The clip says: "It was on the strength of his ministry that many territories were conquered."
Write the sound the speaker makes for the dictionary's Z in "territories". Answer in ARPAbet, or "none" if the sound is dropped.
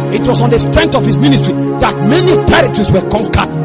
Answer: S